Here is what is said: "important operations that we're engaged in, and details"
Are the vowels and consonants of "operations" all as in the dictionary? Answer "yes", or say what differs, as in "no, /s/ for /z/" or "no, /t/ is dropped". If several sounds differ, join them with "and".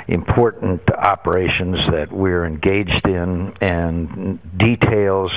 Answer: yes